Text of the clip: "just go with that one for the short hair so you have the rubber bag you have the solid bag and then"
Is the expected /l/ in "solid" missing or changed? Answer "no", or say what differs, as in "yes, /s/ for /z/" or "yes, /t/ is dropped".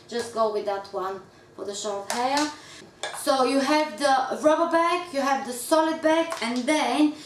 no